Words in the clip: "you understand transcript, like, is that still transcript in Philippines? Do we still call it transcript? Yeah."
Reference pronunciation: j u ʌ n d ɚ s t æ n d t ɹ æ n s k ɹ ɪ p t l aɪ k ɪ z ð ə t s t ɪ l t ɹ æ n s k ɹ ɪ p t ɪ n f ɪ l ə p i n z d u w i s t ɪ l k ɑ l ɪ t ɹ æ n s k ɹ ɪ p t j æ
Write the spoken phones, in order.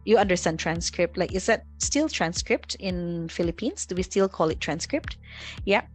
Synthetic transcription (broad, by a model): j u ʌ n d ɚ s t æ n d t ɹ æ n s k ɹ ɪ p t l aɪ k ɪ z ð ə t s t ɪ l t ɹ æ n s k ɹ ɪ p t ɪ n f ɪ l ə p i n s d u w i s t ɪ l k ɑ l ɪ t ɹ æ n s k ɹ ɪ p t j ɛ